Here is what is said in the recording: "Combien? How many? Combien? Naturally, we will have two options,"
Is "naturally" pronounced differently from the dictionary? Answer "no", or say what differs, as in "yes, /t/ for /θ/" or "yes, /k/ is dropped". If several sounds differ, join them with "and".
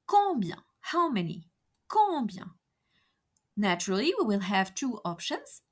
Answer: no